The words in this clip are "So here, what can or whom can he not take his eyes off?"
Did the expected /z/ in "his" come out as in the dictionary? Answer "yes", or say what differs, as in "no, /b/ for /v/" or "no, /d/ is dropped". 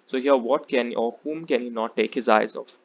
yes